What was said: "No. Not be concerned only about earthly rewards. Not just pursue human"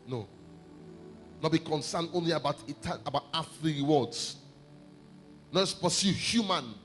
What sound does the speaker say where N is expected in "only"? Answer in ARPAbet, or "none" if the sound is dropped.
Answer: N